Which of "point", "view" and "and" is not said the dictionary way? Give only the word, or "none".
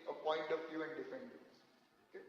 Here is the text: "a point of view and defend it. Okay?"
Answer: view